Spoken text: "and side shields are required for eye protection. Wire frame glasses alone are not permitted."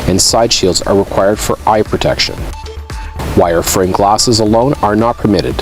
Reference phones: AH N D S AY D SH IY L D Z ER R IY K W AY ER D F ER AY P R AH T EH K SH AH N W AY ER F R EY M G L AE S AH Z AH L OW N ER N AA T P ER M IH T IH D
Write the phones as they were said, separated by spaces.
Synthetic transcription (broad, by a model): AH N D S AY D SH IY L D Z ER R IY K W AY ER D F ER AY P R AH T EH K SH AH N W AY ER F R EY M G L AE S AH Z AH L OW N ER N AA T P ER M IH T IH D